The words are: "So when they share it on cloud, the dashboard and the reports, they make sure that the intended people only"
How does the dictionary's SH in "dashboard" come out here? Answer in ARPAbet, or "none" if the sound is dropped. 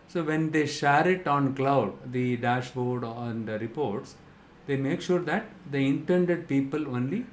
SH